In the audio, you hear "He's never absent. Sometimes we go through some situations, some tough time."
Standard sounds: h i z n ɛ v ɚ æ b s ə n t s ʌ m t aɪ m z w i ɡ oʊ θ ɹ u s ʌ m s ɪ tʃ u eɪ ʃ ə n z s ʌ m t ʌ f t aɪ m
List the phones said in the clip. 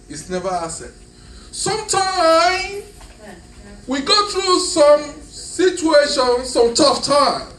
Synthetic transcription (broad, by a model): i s n ɛ v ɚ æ s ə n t s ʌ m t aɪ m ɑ w i ɡ oʊ θ ɹ u s ʌ m s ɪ tʃ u eɪ ʃ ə n s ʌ m t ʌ f t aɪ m